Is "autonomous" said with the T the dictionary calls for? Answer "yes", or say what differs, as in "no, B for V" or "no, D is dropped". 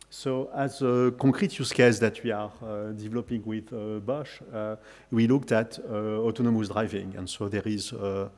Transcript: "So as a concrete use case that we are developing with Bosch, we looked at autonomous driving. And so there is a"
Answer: yes